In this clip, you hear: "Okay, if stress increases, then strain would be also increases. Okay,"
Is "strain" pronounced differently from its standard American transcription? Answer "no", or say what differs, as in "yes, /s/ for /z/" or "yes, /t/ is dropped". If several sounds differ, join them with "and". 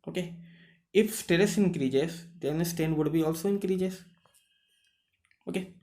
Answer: yes, /ɹ/ is dropped